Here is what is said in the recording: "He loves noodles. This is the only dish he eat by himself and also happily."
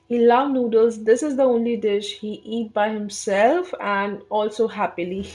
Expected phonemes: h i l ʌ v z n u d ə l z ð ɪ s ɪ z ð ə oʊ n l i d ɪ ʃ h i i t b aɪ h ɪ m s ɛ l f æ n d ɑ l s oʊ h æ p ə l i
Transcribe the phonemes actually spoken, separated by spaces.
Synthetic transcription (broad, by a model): h i l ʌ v n u d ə l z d ɪ s ɪ z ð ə oʊ n l i d ɪ ʃ h i i t b aɪ h ɪ m s ɛ l f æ n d ɑ l s oʊ h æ p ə l i